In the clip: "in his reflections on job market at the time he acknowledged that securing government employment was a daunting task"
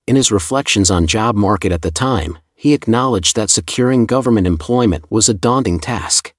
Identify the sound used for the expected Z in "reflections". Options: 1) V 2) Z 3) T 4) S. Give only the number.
2